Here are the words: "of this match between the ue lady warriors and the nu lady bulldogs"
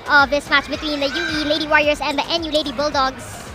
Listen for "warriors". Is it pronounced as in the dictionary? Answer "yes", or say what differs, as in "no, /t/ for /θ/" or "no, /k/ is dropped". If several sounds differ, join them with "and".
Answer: no, /s/ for /z/